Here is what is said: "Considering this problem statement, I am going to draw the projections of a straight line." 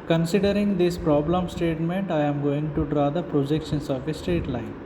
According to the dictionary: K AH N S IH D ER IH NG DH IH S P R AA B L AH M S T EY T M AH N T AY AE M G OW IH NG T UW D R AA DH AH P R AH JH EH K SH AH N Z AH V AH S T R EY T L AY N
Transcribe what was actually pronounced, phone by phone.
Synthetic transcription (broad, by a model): K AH N S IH D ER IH NG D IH S P R AA B L AH M S T EY T M AH N T AY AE M G OW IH NG T UW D R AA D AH P R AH JH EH K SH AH N S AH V AH S T EY T L AY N